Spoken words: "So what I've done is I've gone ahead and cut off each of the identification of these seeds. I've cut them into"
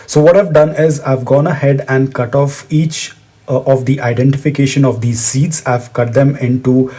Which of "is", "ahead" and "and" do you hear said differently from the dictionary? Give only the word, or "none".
none